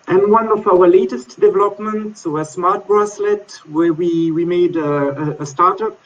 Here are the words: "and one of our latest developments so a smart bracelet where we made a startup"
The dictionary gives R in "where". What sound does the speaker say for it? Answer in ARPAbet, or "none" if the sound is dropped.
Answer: W